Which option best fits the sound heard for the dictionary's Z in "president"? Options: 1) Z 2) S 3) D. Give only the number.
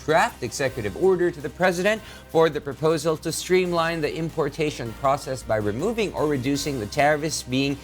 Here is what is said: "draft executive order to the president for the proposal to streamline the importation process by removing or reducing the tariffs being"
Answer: 1